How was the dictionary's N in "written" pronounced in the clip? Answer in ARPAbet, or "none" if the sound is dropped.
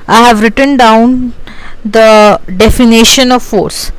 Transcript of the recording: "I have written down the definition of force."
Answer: N